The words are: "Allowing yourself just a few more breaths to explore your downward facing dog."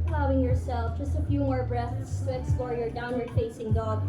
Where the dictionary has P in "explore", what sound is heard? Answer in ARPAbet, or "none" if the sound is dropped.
none